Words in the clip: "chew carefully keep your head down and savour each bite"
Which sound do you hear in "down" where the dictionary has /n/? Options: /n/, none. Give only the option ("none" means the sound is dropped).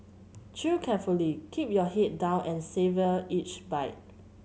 /n/